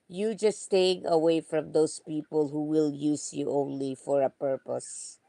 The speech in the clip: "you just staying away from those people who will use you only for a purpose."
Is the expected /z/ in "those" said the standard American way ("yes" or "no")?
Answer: no